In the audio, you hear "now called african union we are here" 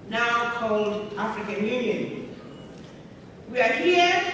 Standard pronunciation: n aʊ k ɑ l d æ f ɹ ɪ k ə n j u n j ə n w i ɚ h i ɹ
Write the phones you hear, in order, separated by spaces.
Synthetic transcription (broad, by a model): n aʊ k ɑ l d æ f ɹ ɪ k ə n j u n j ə n w i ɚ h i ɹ